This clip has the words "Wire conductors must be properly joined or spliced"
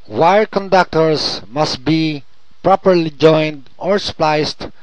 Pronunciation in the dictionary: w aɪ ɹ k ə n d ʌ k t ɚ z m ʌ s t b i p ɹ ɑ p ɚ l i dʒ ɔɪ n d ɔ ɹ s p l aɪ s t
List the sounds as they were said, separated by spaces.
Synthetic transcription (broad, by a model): w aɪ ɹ k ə n d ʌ k t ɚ s m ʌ s t b i p ɹ ɑ p ɚ l i dʒ ɔɪ n d ɔ ɹ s p l aɪ s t